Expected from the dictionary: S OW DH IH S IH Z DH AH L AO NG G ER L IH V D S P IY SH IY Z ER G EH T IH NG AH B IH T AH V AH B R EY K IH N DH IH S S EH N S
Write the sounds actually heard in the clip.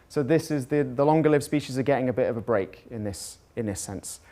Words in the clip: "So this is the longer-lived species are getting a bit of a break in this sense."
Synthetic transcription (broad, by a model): S OW DH IH S IH Z DH AH L AO NG G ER L IH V S P IY SH IY Z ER G EH T IH NG AH B IH T AH V AH B R EY K IH N DH IH S S EH N S